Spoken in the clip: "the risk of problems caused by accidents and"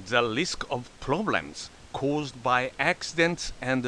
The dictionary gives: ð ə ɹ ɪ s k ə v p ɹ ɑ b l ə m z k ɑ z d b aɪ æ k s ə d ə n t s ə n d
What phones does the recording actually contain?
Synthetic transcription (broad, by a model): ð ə l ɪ s k ə v p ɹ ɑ b l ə m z k ɑ z d b aɪ æ k s ə d ə n t s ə n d